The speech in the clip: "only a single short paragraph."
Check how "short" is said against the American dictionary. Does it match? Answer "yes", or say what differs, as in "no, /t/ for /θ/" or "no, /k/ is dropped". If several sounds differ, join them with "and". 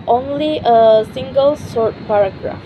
no, /s/ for /ʃ/